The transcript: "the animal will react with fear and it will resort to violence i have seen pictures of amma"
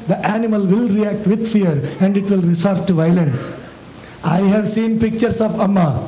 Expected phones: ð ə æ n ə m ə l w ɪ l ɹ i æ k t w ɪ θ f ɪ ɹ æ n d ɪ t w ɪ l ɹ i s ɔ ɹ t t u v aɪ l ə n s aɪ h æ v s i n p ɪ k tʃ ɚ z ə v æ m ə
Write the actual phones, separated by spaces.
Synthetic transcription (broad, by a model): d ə æ n ə m ə l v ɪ l ɹ i æ k t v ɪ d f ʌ ɹ æ n d ɪ t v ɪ l ɹ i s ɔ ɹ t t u v aɪ l ə n s aɪ h æ v s i n p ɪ k tʃ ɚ s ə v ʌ m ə